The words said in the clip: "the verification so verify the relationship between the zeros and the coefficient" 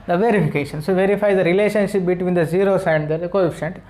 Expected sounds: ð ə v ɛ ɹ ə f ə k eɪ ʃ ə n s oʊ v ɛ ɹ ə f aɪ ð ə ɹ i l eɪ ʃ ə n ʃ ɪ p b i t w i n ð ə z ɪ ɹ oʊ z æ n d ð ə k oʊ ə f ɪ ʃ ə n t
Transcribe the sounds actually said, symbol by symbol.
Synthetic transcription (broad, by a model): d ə v ɛ ɹ ə f ə k eɪ ʃ ə n s oʊ v ɛ ɹ ə f aɪ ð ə ɹ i l eɪ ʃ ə n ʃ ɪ p b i t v i n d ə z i ɹ oʊ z æ n d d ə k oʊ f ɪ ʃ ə n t